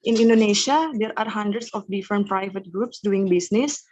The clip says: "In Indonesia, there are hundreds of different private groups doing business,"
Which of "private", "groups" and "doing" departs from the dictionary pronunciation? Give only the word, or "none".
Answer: none